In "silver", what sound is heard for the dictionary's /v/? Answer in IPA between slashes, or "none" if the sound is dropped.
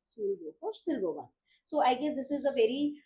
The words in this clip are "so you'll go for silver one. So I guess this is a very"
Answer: /b/